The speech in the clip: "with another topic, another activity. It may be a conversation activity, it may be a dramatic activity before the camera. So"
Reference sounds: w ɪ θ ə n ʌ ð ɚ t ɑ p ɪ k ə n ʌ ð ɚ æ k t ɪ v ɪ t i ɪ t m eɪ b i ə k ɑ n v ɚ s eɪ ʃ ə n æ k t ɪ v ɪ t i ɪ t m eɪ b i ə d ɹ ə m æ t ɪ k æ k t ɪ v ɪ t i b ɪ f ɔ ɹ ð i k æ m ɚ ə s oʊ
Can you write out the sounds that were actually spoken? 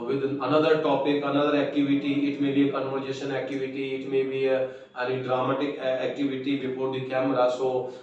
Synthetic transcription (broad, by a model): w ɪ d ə n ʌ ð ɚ t ɑ p ɪ k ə n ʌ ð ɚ æ k t ɪ v ɪ t i ɪ t m eɪ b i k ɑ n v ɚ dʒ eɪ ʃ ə n æ k t ɪ v ɪ t i ɪ t m eɪ b i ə d ɹ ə m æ t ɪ k æ k t ɪ v ɪ t i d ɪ p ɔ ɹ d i k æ m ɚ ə s oʊ